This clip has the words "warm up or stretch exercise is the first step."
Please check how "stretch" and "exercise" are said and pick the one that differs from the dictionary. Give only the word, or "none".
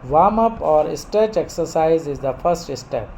stretch